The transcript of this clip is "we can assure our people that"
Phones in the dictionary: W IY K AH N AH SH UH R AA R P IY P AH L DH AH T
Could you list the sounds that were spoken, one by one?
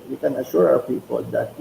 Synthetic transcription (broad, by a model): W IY K AH N AH SH UH R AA W P IY P AH L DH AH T